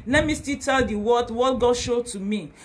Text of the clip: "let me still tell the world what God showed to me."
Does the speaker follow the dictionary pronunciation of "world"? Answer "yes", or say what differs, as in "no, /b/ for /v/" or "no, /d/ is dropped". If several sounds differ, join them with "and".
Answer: no, /l/ is dropped